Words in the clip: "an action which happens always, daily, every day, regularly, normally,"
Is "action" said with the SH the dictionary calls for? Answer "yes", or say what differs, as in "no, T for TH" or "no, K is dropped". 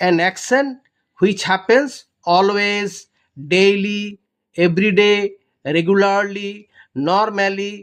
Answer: no, S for SH